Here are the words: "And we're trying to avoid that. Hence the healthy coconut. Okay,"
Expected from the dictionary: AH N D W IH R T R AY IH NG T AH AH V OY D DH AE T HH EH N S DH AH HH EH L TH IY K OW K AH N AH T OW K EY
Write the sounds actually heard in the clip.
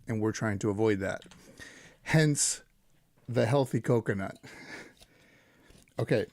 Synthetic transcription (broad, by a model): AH N W IH R T R AY IH NG T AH AH V OY D DH AE T HH EH N S DH AH HH EH L TH IY K OW K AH N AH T OW K EY